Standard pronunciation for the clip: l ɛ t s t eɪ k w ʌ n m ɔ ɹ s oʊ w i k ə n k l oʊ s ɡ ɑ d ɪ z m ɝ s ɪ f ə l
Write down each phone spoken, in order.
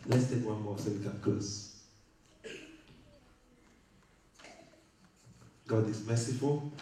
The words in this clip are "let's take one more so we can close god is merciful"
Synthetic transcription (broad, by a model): l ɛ t s t eɪ k w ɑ n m ɔ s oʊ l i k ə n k oʊ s ɡ ɑ d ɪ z m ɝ s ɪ f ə l